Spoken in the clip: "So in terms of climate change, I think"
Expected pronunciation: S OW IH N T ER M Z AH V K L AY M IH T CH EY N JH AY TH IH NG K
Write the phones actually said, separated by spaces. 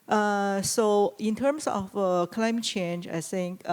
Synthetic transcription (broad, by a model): S OW IH N T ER M S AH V K L AY M IH T CH EY N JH AY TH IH NG K